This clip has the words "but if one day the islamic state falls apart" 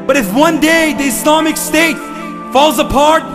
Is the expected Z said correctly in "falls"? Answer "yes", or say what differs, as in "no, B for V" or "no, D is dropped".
yes